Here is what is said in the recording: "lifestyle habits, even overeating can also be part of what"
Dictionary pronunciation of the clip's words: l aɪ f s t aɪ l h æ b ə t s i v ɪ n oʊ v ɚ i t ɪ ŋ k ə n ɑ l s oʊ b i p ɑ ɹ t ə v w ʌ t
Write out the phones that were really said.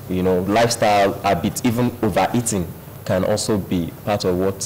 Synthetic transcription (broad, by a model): l aɪ f s t aɪ l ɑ b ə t i v ɪ n oʊ v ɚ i t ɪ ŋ k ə n ɑ l s oʊ b i p ɑ t ə v w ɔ t